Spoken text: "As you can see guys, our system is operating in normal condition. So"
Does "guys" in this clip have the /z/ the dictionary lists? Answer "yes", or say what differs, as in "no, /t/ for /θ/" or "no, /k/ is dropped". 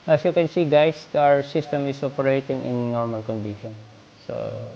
no, /s/ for /z/